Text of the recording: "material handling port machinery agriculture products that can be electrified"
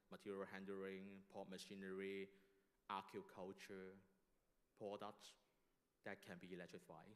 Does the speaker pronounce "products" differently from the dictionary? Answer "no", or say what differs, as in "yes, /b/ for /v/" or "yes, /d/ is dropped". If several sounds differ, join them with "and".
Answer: no